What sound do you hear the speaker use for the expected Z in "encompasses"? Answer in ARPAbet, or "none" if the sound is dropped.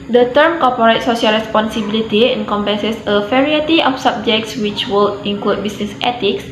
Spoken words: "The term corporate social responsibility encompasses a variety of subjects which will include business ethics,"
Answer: S